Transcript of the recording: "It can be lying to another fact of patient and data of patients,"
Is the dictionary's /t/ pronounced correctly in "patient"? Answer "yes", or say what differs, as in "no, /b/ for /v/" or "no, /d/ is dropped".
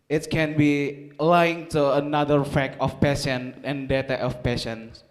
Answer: no, /t/ is dropped